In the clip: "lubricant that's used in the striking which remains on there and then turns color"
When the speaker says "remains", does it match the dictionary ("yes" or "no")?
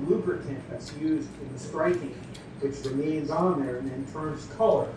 yes